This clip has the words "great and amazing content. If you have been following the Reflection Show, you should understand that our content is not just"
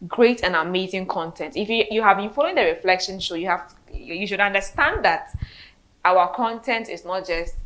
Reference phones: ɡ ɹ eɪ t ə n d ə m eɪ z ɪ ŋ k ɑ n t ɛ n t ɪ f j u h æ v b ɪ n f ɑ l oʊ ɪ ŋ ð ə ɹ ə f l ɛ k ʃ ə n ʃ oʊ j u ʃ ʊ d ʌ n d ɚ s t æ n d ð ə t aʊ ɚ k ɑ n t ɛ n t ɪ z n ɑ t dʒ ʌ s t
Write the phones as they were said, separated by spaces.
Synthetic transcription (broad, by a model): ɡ ɹ eɪ t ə n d ə m eɪ z ɪ ŋ k ɑ n t ɛ n t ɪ f j u h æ v b ɪ n f ɑ l oʊ ɪ ŋ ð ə ɹ ə f l ɛ k ʃ ə n s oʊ j u ʃ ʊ d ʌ n d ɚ s t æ n d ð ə t aʊ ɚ k ɑ n t ɛ n t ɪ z n ɑ t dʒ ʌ s t